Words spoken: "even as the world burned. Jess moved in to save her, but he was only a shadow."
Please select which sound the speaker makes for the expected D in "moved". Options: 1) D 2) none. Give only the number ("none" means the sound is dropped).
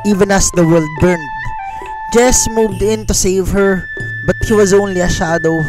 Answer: 1